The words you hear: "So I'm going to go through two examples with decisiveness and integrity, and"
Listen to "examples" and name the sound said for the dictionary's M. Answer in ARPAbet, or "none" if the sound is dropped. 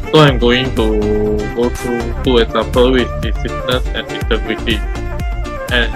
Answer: none